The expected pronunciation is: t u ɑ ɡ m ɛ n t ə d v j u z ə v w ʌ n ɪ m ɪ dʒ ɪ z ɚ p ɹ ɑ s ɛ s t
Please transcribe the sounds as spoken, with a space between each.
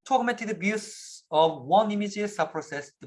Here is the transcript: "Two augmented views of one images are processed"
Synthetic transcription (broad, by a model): t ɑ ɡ m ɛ n t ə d b j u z ə v w ʌ n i m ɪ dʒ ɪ s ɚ p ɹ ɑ s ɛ s